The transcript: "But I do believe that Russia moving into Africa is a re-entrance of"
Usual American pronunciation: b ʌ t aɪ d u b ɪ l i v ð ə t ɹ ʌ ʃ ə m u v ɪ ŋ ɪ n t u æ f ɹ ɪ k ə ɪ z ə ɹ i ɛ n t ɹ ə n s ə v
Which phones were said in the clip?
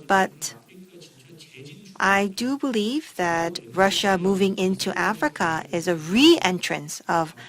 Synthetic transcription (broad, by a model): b ʌ t aɪ d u b ɪ l i v ð ə t ɹ ʌ ʃ ə m u v ɪ ŋ ɪ n t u æ f ɹ ɪ k ə ɪ z ə ɹ i ɛ n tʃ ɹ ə n s ə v